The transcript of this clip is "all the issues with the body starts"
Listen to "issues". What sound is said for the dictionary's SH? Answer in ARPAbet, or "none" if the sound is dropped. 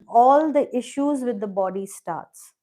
SH